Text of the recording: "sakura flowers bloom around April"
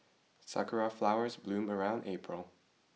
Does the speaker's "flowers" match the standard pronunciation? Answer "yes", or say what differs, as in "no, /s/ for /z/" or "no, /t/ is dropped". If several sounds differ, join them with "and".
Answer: yes